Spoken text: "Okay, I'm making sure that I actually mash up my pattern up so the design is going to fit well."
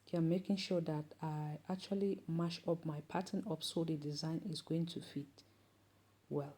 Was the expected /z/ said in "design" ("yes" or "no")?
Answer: yes